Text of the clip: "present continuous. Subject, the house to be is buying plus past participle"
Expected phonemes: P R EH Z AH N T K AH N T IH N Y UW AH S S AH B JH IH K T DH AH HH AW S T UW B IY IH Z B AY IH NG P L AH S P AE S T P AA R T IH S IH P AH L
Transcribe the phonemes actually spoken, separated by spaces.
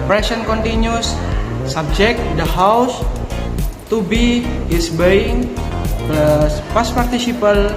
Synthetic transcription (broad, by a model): P R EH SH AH N K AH N T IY N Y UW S S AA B JH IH K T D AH HH AW S T UW B IY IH S B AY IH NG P AA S S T P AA R T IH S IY P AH L